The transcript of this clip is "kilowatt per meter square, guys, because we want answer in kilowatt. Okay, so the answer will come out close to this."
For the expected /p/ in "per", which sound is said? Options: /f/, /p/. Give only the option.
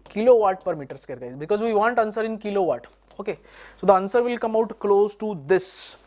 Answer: /p/